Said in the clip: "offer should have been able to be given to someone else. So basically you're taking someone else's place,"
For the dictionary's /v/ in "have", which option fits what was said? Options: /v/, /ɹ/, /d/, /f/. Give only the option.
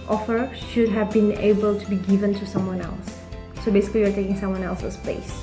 /v/